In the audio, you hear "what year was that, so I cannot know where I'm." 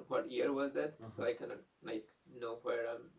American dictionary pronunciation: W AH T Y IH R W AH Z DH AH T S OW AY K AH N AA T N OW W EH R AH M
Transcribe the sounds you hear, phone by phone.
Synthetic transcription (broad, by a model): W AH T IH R W AH Z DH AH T S OW AY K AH L AA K N OW W EH R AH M